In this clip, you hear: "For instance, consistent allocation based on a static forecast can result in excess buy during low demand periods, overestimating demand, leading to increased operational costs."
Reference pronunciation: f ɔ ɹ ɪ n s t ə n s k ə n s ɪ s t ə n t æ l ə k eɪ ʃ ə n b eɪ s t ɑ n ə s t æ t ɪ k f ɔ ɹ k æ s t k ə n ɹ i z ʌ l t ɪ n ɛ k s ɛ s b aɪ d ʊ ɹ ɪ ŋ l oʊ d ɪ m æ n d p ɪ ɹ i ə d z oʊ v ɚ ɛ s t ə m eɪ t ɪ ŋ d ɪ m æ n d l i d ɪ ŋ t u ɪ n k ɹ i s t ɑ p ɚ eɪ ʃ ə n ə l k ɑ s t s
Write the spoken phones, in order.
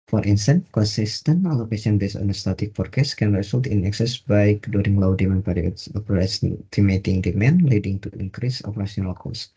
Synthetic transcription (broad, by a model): f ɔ ɹ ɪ n s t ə n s k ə n s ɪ s t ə n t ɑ l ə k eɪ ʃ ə n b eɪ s ɑ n ə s t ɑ t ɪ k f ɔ ɹ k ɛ s k ə n ɹ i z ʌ l t ɪ n ɛ k s ɛ s b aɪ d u ɹ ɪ ŋ l oʊ d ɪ m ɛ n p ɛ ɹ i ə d s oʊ p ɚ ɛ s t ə m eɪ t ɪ ŋ d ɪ m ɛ n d l i d ɪ ŋ t u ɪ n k ɹ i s ɑ p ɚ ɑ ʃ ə n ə l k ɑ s s